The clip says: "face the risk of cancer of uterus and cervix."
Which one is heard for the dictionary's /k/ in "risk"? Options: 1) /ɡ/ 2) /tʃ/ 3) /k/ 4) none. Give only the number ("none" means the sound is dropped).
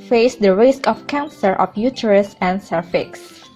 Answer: 3